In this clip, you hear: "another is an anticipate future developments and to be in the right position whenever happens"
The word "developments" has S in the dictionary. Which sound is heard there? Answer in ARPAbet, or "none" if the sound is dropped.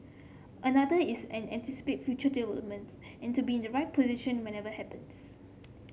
none